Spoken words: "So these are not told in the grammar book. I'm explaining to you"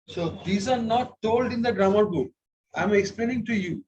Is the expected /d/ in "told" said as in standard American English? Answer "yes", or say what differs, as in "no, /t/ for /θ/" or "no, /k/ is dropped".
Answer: yes